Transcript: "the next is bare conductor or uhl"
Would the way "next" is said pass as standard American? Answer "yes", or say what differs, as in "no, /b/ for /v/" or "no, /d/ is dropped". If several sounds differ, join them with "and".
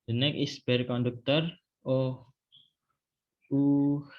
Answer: no, /s/ is dropped